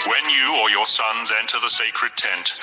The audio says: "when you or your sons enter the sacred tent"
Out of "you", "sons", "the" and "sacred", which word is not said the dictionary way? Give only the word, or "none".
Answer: none